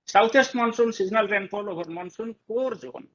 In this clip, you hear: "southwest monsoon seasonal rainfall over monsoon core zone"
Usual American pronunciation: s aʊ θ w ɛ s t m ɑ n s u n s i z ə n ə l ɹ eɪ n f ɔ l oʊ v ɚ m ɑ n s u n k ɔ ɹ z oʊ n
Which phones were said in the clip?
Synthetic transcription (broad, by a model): s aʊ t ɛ s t m ɑ n s u n s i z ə n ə l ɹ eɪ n p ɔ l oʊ b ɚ m ɑ n s u n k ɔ ɹ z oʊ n